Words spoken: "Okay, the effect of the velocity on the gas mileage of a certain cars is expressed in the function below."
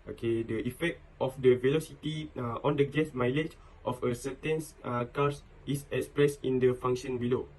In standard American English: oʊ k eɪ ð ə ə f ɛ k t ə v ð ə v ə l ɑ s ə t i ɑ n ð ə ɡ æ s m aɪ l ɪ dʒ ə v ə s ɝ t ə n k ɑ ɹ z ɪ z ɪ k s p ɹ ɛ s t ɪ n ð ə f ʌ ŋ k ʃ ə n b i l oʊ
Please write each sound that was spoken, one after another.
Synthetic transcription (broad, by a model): oʊ k eɪ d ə ə f ɛ k t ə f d ə v ə l ɑ s ə t i ɑ n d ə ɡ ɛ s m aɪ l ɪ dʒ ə f ə s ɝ t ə n k ɑ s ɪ s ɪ k s p ɹ ɛ s ɪ n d ə f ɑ ŋ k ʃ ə n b i l oʊ